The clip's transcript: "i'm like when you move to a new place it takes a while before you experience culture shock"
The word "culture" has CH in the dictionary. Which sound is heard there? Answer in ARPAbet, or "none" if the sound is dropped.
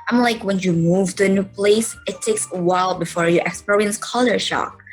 none